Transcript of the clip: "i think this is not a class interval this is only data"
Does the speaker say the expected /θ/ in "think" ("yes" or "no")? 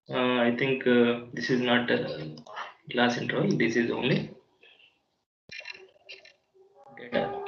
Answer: no